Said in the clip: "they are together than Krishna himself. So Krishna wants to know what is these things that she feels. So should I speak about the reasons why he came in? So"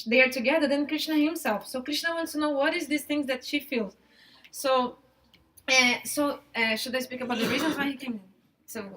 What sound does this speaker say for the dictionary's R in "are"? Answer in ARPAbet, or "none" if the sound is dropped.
R